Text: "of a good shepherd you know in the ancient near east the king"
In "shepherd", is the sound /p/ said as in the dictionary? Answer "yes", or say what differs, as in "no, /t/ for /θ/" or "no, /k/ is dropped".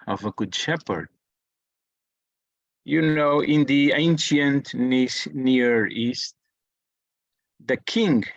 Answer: yes